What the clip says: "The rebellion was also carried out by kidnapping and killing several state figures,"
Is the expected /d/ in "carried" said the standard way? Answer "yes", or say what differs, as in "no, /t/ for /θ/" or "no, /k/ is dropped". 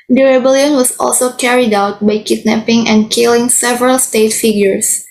yes